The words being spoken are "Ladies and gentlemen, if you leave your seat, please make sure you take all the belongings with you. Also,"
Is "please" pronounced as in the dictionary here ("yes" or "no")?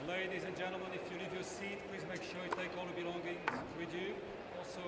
yes